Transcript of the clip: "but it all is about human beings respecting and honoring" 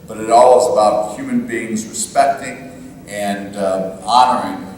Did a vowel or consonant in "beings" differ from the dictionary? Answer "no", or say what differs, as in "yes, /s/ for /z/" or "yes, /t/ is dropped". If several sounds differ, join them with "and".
no